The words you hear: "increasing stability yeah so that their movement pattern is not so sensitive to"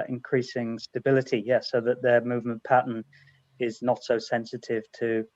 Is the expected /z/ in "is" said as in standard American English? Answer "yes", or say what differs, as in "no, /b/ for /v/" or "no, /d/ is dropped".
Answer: yes